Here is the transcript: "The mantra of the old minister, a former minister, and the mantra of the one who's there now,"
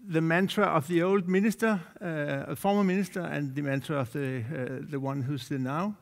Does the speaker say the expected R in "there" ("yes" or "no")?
no